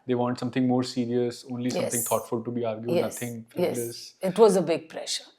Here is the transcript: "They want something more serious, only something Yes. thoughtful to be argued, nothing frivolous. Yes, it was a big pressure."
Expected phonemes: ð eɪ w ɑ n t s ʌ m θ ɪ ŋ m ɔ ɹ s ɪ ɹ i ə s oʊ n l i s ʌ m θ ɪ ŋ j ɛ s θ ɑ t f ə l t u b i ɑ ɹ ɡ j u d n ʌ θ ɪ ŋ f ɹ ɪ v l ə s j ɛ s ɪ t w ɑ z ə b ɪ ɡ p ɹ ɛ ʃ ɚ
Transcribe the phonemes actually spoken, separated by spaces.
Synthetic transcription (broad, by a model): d eɪ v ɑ n t s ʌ m t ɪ ŋ m ɔ ɹ s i ɹ i ə s oʊ n l i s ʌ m t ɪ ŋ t ɑ t f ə l t u b i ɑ ɹ ɡ j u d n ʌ t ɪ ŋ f ɛ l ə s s ɪ t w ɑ z ə b ɪ ɡ p ɹ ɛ ʃ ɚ